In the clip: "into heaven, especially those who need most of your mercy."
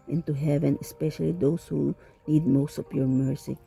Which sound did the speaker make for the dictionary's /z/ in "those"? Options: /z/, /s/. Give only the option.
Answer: /s/